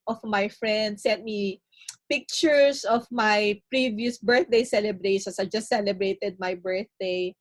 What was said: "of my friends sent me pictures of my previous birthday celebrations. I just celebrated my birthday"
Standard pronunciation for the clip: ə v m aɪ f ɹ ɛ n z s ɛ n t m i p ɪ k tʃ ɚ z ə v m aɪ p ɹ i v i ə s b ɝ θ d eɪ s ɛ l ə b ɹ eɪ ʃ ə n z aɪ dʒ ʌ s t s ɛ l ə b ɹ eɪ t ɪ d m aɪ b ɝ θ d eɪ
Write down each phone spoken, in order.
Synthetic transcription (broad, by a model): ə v m aɪ f ɹ ɛ n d s ɛ n t m i p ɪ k tʃ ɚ s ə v m aɪ p ɹ i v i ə s b ɝ θ d eɪ s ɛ l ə b ɹ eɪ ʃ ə n s aɪ dʒ ʌ s t s ɛ l ə b ɹ eɪ t ɪ d m aɪ b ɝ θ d eɪ